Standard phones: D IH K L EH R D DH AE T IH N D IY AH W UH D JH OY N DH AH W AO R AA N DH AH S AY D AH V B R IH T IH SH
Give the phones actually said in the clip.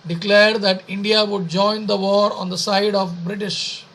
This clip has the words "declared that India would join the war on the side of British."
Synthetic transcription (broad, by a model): D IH K L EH R D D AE T IH N D IY AH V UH D JH OY N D AH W AO R AA N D AH S AY D AH V B R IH T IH SH